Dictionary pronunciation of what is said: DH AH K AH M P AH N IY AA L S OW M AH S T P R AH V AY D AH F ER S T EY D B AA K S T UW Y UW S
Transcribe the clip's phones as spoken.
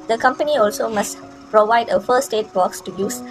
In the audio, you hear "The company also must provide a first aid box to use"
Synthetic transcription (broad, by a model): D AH K AH M P AH N IY AA L S OW M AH S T P R AH V AY D AH F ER S T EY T B AA K S T UW Y UW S